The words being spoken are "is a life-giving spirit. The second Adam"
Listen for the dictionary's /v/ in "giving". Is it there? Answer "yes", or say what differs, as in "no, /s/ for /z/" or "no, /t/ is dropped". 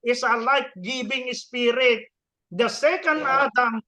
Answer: no, /b/ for /v/